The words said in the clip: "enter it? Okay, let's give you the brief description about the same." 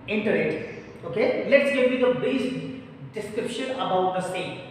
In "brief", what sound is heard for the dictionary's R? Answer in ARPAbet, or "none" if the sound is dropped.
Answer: none